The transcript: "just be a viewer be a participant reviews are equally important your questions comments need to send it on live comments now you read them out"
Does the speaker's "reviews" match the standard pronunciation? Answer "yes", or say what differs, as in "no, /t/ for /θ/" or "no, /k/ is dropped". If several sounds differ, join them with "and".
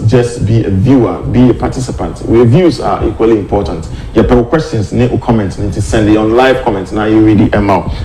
no, /w/ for /ɹ/